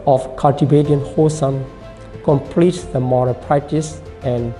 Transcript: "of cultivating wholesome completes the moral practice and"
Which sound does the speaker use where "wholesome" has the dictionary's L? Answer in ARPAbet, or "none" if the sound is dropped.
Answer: none